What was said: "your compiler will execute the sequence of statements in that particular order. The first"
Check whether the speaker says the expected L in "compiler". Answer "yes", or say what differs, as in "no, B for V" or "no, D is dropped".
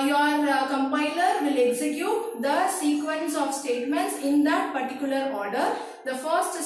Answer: yes